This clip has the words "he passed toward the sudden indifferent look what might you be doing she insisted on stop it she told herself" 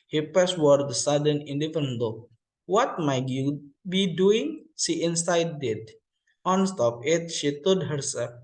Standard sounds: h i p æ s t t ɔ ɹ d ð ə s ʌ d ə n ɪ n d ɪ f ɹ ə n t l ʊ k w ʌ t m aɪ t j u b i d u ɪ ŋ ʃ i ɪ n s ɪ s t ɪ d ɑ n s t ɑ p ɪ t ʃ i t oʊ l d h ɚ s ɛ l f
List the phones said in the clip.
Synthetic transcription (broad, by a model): h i p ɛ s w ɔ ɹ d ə s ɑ d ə n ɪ n d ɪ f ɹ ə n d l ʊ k w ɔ t m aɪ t j u b i d u ɪ ŋ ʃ i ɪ n s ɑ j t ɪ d ɑ n s t ɑ p ɪ t ʃ i t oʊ d h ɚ s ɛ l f